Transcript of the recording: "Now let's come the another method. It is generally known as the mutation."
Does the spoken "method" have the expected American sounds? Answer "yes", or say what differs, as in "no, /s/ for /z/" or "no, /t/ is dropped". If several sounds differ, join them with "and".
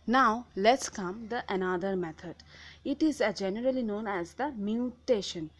no, /t/ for /θ/